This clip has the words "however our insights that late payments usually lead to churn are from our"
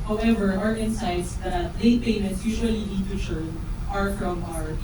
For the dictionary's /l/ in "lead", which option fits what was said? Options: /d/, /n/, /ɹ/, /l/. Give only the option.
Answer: /n/